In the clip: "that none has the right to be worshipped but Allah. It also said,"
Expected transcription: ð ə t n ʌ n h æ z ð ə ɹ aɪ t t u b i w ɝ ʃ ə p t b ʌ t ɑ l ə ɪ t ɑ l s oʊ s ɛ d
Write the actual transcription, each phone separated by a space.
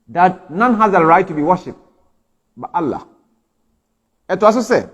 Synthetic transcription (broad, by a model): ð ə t n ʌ n h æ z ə ɹ aɪ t t u b i w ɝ ʃ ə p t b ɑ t ɑ l ə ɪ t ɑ s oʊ s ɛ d